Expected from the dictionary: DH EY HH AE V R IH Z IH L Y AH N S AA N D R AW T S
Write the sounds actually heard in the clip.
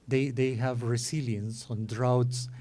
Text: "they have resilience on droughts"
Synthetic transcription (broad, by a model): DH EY HH AE V R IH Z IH L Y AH N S AA N D R AW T S